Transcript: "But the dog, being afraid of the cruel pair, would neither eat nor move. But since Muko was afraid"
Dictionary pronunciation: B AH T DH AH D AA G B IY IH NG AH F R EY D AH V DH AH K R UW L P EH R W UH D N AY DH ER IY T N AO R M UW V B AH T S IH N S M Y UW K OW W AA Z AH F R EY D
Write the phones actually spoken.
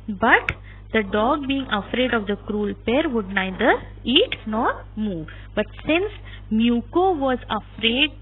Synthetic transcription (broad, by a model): B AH T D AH D AA G B IY IH NG AH F R EY D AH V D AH K R UW L P EH R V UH D N AY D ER IY T N AO R M UW V B AH T S IH N S M Y UW K OW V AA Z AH F R EY D